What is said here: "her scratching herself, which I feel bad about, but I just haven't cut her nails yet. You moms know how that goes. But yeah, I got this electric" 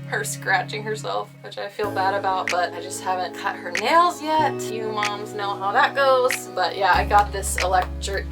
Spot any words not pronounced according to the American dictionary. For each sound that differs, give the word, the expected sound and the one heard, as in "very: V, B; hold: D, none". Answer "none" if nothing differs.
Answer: none